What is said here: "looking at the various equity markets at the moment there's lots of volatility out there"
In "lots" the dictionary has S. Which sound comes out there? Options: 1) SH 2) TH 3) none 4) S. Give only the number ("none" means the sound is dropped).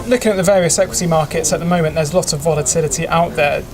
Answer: 3